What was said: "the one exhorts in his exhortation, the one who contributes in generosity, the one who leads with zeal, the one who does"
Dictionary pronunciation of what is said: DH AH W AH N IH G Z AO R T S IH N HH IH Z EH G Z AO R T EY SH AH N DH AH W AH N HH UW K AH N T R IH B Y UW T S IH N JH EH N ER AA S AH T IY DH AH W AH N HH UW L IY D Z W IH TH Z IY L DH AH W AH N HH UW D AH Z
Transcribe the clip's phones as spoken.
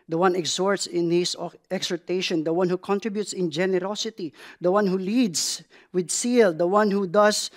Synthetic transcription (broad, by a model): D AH W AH N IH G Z AO R T S IH N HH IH S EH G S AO R T EY SH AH N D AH W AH N HH UW K AH N T R IH B Y UW T S IH N JH EH N ER AA S AH T IY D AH W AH N HH UW L IY D S W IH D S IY L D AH W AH N HH UW D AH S